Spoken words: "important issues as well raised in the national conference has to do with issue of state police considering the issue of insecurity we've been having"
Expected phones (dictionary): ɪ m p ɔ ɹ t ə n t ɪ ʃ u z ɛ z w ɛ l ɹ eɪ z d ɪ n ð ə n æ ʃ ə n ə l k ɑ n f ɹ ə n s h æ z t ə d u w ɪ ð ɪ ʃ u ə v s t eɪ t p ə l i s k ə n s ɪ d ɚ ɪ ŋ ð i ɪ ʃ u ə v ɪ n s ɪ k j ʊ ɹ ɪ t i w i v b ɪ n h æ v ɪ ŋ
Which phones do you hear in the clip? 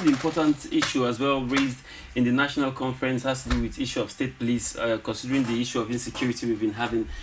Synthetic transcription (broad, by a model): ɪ m p ɔ t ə n t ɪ ʃ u ʌ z w ɛ l ɹ eɪ z d ɪ n ð ə n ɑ ʃ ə n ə l k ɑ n f ɹ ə n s h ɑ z t ə d u w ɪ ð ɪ ʃ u ə v s t eɪ t p ə l i s k ə n s ɪ d ɚ ɪ ŋ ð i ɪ ʃ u ə v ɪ n s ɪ k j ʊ ɹ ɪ t i w i v b ɪ n h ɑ v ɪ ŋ